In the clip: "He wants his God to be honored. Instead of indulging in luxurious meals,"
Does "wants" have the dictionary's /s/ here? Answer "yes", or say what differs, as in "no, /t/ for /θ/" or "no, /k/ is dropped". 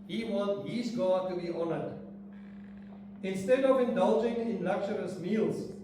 no, /s/ is dropped